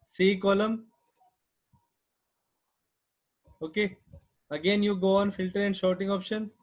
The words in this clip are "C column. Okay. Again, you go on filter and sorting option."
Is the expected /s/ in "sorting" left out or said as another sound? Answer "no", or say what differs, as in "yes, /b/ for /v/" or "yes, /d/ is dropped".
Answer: yes, /ʃ/ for /s/